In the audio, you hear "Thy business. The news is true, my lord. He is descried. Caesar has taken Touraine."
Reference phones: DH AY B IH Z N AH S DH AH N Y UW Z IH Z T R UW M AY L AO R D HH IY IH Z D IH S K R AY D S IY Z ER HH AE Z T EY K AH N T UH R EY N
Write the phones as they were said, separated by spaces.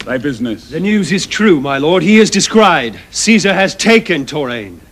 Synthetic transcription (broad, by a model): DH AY B IH Z N AH S DH AH N Y UW Z IH Z T R UW M AY L AO R D HH IY IH Z D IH S K R AY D S IY Z ER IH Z T EY K AH N T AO R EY N